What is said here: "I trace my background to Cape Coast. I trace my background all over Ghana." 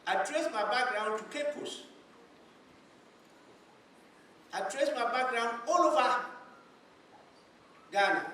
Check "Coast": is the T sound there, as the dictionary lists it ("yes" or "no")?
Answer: no